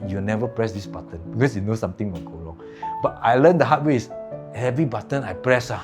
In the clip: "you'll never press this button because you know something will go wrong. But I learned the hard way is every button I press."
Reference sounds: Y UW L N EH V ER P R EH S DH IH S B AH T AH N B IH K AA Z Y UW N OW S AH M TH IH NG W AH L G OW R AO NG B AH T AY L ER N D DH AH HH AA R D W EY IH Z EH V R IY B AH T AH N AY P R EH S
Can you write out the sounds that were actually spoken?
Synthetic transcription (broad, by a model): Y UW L N EH V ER P R EH S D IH S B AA T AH N B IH K AA S Y UW N OW S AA M T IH NG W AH N G OW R AO NG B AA T AY L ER N D AH HH AA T W EY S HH EH V R IY B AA T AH N AY P R EH S